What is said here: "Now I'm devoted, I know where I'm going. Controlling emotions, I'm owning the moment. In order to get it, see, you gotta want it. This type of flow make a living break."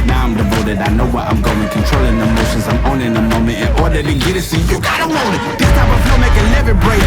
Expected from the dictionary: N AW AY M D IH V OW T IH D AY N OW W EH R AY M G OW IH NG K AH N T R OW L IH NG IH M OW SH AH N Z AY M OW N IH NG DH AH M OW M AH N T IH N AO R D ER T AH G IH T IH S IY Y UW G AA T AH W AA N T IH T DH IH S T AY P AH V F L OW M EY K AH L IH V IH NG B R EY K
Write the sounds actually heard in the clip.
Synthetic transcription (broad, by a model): N AW AY M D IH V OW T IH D AY N OW W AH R AY M G OW IH NG K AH N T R OW L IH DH IH M OW SH AH N Z AY M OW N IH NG DH AH M OW M AH N T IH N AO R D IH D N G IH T IH S IY Y UW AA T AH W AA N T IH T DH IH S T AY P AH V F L M EY K AH L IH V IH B R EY